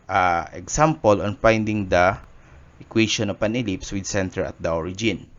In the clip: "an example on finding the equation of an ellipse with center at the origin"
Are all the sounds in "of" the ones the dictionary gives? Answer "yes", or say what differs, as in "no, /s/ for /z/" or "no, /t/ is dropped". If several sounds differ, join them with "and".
no, /p/ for /v/